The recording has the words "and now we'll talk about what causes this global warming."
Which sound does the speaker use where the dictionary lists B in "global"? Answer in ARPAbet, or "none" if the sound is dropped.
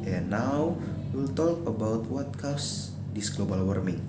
B